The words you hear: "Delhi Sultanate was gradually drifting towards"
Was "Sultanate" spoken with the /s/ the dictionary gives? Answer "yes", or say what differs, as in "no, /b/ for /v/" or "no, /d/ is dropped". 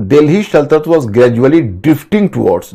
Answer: no, /ʃ/ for /s/